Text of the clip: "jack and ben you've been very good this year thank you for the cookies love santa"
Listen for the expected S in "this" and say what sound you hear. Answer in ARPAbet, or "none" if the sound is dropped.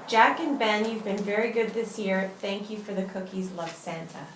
S